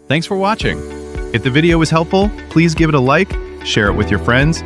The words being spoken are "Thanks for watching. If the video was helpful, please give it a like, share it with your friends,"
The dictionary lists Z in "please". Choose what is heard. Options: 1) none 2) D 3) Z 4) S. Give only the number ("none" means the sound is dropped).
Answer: 3